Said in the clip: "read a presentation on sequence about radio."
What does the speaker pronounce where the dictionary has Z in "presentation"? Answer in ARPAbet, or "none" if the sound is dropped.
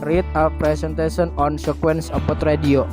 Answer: S